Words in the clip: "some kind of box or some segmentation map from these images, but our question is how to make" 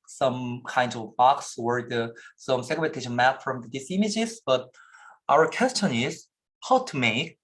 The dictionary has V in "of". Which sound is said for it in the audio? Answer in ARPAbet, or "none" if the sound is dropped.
V